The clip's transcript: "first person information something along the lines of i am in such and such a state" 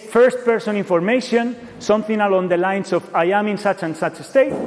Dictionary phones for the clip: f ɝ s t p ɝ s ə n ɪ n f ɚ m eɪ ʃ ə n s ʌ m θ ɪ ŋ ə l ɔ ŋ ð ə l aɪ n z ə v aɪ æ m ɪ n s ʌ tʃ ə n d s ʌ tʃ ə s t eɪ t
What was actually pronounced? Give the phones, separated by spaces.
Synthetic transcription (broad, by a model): f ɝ s t p ɝ s ə n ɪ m f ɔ m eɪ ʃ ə n s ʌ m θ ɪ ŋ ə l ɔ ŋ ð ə l aɪ n s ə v aɪ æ m ɪ n s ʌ tʃ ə n s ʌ tʃ ə s t eɪ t